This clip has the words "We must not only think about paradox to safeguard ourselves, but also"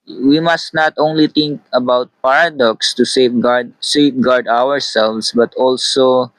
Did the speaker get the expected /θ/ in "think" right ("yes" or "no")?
no